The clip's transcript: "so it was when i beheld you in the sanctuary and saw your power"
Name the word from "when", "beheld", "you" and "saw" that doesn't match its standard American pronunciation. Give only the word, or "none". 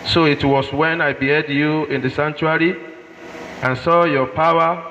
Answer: beheld